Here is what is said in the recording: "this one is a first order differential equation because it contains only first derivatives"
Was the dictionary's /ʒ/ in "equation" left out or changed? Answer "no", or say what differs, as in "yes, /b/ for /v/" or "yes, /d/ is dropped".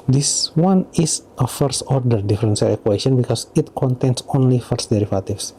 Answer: yes, /s/ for /ʒ/